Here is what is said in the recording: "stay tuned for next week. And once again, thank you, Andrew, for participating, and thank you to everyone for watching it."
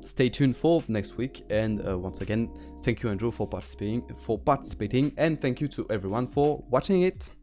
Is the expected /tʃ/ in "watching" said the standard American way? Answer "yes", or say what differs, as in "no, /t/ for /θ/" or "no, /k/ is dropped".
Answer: yes